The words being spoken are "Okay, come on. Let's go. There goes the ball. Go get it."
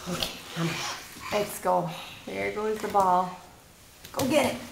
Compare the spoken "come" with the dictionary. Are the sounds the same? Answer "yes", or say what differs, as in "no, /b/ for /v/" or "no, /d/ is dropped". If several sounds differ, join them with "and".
no, /m/ is dropped